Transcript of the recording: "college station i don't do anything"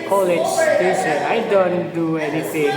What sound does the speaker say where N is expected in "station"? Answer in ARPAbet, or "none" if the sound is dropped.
none